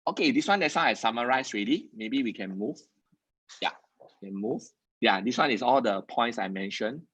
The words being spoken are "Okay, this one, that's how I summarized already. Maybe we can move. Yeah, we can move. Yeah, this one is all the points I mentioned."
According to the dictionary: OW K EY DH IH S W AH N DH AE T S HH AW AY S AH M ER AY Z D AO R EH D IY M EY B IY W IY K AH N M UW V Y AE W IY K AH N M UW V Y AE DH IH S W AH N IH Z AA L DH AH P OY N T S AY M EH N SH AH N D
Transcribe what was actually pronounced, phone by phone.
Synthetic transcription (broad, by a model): OW K EY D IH S W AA N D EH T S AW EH S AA M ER AY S R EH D IY M EY B IY W IY K AH N M UW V Y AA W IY K AH N M UW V Y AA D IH S W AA N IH S AA L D AH P OY N T S AY M EH N SH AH N